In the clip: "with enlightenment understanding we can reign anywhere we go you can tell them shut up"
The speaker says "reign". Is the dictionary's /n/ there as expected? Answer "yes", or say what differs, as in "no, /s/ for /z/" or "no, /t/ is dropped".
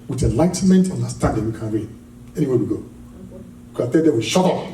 no, /l/ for /n/